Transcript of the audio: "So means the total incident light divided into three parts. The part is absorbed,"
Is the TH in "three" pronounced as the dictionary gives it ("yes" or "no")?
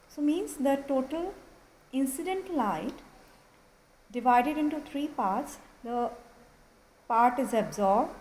no